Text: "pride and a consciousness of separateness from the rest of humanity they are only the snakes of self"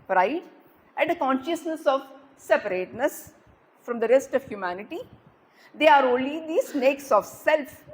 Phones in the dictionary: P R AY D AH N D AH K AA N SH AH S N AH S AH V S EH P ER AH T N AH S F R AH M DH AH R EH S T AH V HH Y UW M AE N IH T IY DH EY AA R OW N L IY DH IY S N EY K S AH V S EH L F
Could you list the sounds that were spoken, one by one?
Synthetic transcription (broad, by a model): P R AY D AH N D AH K AA N SH AH S N AH S AH V S EH P ER AH T N AH S F R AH M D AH R EH S T AH V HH Y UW M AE N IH T IY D EY AA R OW N L IY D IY S N EY K S AH V S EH L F